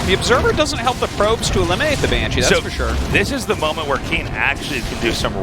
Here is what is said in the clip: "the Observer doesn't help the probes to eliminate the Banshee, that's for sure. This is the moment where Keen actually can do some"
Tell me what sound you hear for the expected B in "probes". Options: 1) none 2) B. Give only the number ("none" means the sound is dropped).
2